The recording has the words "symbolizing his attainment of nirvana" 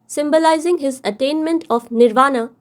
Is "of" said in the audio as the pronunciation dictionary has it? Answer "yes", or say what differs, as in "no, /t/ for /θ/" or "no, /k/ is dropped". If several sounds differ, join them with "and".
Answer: no, /p/ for /v/